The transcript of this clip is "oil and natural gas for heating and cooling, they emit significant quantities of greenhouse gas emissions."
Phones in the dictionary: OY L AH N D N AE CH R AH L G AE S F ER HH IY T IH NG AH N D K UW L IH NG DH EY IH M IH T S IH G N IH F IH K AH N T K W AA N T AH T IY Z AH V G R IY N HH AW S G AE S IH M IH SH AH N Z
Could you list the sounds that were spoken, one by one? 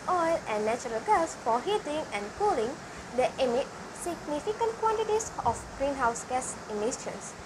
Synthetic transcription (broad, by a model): OY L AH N N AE CH R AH L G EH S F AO HH IY T IH NG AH N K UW L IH NG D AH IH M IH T S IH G N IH F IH K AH N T K W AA N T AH T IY S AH F G R IY N HH AW S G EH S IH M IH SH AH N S